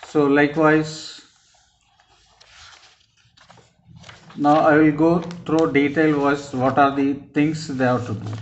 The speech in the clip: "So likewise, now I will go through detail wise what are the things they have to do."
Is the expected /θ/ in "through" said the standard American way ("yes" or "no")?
no